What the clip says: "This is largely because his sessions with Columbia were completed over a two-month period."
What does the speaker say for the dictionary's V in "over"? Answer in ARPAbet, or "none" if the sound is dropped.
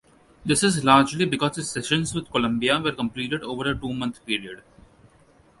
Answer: V